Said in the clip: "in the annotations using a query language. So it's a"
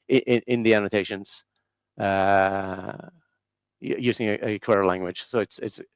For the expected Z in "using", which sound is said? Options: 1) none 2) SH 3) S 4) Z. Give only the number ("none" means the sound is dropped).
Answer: 4